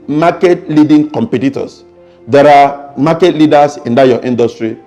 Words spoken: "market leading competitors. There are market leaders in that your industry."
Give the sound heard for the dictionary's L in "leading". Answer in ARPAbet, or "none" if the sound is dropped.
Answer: L